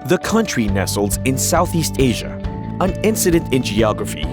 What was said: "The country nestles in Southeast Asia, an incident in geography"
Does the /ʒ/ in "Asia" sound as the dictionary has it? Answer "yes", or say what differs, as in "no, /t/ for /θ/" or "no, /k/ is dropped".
yes